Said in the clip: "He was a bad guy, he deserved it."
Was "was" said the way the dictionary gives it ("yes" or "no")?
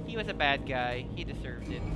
yes